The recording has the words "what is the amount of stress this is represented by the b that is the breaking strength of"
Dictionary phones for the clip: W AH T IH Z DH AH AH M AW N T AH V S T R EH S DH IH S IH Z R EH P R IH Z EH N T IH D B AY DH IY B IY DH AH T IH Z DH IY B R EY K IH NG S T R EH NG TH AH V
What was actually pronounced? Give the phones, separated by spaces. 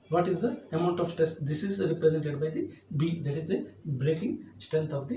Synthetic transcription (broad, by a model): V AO T IH Z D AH AH M AW N T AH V T EH S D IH S IH Z R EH P R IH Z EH N T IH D B AY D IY B IY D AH T IH Z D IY B R EY K IH NG S T R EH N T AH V